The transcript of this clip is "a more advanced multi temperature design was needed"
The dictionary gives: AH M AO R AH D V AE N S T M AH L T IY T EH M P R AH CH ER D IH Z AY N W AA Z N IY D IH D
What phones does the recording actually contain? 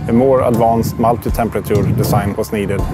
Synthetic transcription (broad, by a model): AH M AO R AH D V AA N S T M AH L T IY T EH M P R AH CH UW D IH S AY N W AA S N IY D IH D